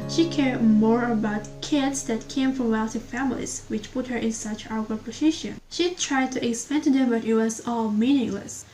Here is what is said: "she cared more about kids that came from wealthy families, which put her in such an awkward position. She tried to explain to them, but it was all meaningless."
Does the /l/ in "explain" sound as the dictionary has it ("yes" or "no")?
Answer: no